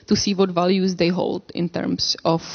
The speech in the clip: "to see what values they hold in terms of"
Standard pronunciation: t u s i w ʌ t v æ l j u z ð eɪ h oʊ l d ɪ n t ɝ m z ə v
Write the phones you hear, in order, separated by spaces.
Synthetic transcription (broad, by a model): t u s i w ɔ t v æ l j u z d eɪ h oʊ l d ɪ n t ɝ m s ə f